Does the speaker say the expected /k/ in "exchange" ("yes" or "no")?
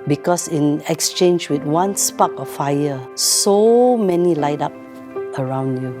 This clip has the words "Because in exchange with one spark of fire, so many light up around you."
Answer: yes